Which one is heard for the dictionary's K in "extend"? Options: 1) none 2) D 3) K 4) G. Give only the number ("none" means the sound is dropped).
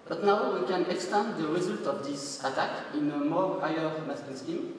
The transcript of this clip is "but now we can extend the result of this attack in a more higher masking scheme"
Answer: 3